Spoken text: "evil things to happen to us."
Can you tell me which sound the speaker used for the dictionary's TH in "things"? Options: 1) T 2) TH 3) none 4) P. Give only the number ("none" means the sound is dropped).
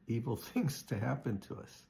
2